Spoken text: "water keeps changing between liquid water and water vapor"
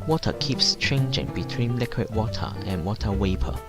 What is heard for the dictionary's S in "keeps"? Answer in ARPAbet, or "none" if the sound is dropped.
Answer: S